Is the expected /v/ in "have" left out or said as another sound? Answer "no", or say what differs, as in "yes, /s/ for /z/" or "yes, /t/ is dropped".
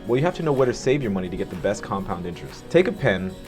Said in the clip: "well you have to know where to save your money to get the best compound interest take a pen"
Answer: yes, /f/ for /v/